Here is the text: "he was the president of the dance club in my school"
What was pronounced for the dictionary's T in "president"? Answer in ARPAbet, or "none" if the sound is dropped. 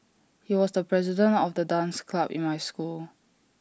T